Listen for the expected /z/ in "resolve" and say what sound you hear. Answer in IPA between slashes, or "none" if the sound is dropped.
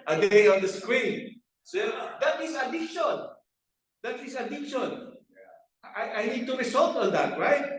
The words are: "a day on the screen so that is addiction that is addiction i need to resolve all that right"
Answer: /s/